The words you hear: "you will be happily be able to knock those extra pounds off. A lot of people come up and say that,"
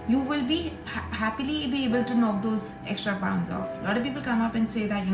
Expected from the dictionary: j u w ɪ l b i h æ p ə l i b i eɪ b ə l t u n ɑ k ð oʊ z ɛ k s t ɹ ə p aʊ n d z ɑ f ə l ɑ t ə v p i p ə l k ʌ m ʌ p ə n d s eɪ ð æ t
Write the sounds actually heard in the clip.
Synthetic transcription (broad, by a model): j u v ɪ l b i h æ p ə l i b i eɪ b ə l t u n ɑ k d oʊ z ɛ k s t ɹ ə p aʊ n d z ɑ f l ɑ t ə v p i p ə l k ʌ m ʌ p ə n d s eɪ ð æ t